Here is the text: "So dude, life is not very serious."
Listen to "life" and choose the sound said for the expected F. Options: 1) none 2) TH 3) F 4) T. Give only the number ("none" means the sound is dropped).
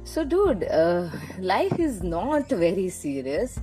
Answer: 3